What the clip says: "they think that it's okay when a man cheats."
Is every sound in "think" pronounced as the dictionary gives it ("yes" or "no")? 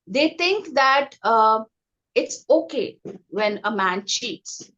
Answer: no